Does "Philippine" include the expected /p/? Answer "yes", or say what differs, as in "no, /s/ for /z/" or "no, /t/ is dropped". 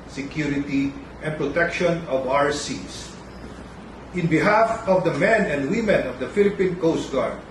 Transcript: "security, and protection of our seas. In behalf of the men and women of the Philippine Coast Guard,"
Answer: yes